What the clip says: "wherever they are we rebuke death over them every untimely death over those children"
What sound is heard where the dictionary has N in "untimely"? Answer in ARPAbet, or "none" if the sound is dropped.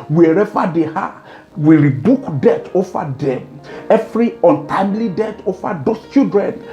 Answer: N